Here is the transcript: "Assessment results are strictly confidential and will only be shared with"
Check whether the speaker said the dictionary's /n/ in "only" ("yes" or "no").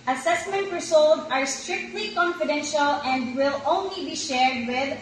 yes